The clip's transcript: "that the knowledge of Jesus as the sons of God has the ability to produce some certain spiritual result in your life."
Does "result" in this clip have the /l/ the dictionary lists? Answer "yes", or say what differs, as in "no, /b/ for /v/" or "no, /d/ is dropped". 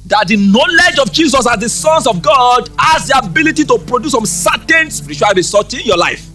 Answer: no, /l/ is dropped